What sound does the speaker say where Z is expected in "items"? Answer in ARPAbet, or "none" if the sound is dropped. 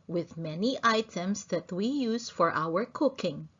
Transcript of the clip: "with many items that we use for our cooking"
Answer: S